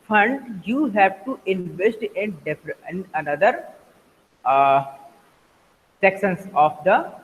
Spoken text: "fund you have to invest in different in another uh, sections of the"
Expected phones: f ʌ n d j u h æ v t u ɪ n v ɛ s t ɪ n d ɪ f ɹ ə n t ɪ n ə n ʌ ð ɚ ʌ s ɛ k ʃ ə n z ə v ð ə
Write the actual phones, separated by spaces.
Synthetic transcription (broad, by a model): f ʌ n d j u h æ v t u ɪ n v ɛ s t ɪ n d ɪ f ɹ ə n ɪ n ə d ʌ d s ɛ k s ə n s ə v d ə